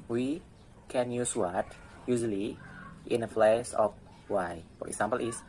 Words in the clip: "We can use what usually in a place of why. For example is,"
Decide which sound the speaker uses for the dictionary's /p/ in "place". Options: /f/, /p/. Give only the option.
/f/